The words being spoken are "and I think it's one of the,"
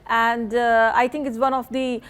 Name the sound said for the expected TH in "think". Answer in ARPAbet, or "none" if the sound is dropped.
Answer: T